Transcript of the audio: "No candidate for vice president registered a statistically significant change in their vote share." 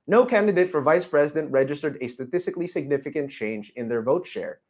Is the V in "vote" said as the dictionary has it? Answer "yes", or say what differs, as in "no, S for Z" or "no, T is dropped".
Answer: yes